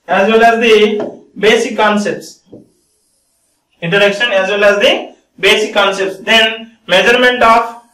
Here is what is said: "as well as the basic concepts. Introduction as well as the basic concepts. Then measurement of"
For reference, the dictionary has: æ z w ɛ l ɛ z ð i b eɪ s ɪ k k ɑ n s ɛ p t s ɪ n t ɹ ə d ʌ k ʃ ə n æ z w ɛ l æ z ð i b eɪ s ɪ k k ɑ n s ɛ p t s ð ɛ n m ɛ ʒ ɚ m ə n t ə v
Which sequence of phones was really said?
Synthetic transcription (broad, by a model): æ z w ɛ l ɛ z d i b eɪ s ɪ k k ɑ n s ɛ p t s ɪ n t ə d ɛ k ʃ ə n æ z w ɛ l æ z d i b eɪ s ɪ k k ɑ n s ɛ p t s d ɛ n m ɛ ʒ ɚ m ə n t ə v